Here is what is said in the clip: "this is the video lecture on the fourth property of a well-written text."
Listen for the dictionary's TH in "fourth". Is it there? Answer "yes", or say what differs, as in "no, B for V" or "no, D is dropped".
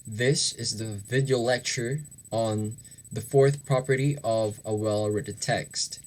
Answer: yes